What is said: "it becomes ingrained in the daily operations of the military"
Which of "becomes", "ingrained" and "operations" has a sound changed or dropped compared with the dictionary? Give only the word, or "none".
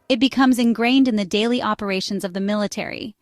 none